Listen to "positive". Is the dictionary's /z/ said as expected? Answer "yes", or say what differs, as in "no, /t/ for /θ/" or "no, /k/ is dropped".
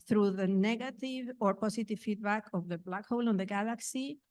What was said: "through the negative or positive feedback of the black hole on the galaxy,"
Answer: no, /s/ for /z/